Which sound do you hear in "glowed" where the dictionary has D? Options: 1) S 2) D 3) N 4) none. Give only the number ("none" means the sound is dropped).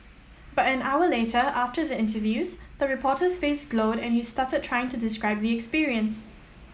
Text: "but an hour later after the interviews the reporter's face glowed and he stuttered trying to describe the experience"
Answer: 2